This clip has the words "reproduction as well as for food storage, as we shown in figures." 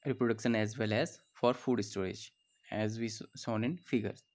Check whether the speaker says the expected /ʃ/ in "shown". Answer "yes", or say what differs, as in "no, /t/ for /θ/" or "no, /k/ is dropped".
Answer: no, /s/ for /ʃ/